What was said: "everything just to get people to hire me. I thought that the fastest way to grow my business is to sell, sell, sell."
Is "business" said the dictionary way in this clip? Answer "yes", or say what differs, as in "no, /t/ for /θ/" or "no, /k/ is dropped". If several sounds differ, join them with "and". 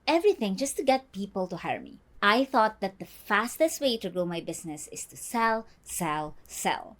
no, /s/ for /z/